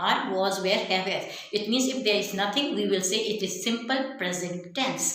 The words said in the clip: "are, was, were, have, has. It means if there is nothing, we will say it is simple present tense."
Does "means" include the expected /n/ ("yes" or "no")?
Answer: yes